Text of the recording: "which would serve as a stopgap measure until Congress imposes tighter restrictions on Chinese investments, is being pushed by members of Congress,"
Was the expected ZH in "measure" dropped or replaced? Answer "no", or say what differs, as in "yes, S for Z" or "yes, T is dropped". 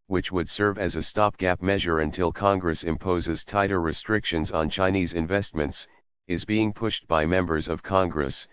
no